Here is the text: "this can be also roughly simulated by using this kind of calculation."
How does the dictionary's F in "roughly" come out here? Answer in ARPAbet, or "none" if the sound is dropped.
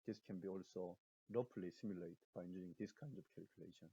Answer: P